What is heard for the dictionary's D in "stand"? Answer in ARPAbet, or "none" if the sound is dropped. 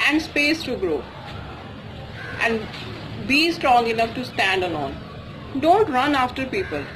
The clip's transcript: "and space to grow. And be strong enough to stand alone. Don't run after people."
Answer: D